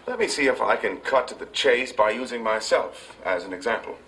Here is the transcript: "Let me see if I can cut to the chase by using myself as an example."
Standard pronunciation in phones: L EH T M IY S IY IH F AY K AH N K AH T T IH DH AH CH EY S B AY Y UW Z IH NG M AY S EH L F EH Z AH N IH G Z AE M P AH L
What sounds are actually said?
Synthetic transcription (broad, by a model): L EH T M IY S IY IH F AY K AH N K AH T T IH DH AH CH EY S B AY Y UW Z IH NG M AY S EH L F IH Z AH N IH G Z AE M P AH L